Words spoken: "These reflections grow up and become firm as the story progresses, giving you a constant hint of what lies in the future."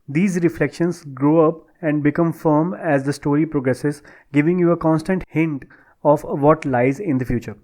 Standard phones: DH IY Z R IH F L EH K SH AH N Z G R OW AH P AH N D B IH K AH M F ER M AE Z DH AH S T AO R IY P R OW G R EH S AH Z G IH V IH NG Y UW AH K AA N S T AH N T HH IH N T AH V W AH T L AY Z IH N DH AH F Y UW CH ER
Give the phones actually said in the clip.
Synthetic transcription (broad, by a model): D IY Z R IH F L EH K SH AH N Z G R OW AH P AH N D B IH K AH M F ER M AE Z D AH S T AO R IY P R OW G R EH S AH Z G IH V IH NG Y UW AH K AA N S T AH N T HH IH N T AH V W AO T L AY Z IH N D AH F Y UW CH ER